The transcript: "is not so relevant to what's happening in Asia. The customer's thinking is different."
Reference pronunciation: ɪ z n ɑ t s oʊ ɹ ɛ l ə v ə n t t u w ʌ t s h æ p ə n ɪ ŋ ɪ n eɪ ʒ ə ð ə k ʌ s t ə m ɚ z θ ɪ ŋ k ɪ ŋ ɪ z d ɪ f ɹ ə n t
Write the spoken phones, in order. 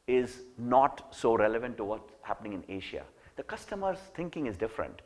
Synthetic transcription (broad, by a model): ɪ z n ɑ t s oʊ ɹ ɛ l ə v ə n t t u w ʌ t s h æ p ə n ɪ ŋ ɪ n eɪ ʃ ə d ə k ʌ s t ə m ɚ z t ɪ ŋ k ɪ ŋ ɪ z d ɪ f ɹ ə n t